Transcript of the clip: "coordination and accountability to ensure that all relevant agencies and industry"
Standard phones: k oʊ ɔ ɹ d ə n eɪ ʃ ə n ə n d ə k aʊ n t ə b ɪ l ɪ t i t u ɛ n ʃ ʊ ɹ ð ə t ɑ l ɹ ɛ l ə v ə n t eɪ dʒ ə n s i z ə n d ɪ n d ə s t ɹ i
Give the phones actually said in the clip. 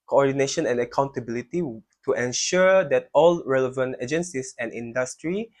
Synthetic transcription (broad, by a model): k oʊ ɔ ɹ d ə n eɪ ʃ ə n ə n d ə k aʊ n t ə b ɪ l ɪ t i t u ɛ n ʃ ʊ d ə t ɑ l ɹ ɛ l ə v ə n t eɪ dʒ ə n s i s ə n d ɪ n d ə s t ɹ i